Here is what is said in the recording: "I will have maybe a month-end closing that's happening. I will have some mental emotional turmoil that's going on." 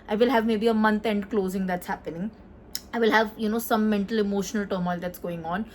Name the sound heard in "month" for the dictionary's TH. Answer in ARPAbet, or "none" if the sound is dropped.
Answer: T